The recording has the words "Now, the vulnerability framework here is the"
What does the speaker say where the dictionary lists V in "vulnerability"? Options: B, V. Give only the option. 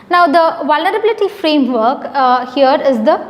V